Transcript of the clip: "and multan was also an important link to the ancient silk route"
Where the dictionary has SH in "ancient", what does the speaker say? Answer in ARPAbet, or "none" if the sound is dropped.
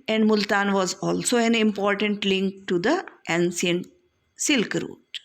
S